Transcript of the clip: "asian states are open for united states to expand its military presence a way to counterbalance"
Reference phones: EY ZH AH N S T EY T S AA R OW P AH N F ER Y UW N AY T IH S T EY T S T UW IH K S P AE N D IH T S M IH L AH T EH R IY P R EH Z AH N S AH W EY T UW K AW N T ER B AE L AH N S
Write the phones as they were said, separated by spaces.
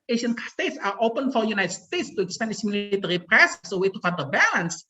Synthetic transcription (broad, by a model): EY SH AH N S T EY T S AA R OW P AH N F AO Y UW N AY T S T EY T S T UW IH K S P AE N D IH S M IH L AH T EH R IY P R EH S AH S AH W EY T UW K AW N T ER B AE L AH N S